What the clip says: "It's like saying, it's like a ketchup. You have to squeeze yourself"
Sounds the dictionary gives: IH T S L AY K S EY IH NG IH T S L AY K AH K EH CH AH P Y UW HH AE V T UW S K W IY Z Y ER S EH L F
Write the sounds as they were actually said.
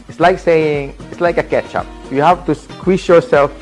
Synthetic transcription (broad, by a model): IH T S L AY K S EY IH NG IH T S L AY K AH K EH CH AH P Y UW HH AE F T UW S K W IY S Y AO S EH L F